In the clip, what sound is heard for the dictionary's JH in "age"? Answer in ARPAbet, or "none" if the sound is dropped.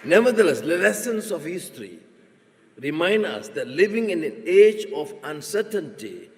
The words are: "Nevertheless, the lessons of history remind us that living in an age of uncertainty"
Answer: JH